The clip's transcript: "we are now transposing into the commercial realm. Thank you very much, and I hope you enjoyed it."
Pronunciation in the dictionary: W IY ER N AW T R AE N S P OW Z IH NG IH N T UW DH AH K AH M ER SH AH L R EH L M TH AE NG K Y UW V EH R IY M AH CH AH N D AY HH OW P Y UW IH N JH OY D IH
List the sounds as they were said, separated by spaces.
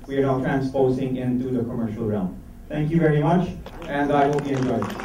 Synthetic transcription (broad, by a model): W IY ER N AW T R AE N S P OW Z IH NG IH N T UW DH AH K AH M ER SH AH L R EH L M T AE NG K Y UW V EH R IY M AH CH AH N D AY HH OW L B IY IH N JH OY IH